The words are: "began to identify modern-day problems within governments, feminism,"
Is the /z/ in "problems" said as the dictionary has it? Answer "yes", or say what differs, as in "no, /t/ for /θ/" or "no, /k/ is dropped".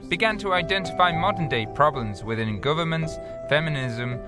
yes